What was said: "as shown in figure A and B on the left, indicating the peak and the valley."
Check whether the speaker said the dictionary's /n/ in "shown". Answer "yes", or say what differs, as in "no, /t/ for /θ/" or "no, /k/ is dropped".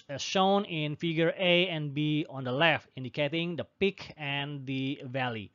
yes